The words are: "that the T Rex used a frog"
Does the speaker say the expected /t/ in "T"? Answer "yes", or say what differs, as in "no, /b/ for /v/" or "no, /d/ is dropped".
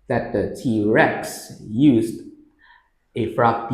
yes